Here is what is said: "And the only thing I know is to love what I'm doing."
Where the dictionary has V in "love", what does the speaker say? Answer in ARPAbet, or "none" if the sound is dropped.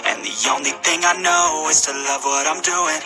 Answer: V